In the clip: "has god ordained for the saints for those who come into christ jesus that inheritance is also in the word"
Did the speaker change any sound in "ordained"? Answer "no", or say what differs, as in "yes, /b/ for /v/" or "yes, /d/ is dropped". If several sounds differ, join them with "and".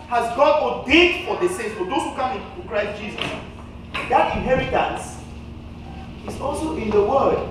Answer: yes, /n/ is dropped